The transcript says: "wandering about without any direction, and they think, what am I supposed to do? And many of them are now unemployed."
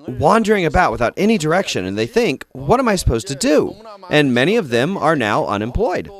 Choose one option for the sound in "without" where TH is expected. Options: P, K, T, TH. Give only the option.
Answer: TH